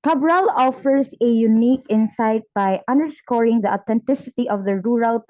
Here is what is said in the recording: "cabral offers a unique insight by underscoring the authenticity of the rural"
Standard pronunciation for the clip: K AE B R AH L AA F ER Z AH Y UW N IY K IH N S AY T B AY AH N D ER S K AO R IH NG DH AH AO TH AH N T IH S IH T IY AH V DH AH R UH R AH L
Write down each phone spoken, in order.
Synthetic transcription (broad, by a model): K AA B R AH L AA F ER S AH Y UW N IY K IH N S AY T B AY AH N D ER S K AO R IH NG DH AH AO T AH N T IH S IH T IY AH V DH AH R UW R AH L